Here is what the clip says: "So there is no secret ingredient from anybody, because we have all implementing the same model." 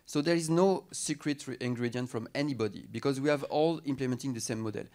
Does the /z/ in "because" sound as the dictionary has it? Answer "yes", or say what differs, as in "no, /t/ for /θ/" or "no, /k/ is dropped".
yes